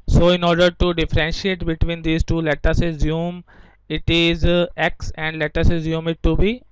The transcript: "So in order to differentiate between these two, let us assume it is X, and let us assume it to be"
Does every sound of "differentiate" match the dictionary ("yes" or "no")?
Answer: yes